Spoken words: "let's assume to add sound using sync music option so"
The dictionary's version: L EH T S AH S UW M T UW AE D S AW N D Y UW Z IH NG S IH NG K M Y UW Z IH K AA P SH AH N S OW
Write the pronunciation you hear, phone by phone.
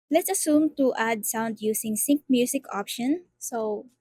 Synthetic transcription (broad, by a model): L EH T S AH S UW M T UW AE D S AW N D Y UW S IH NG S IH NG K M Y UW S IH K AA P SH AH N S OW